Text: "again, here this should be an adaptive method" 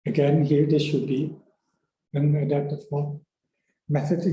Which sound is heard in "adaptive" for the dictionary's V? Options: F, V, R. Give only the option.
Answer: F